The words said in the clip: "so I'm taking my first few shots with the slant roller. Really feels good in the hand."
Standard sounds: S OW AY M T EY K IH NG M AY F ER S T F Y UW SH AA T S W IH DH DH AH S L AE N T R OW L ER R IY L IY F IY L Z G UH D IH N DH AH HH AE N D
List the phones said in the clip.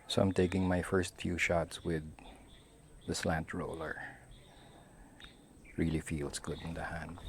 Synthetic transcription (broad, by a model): S OW AY M T EY K IH NG M AY F ER S T F Y UW SH AA T S W IH DH DH AH S L AE N T R OW L ER R IY L IY F IY L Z G UH D IH N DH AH HH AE N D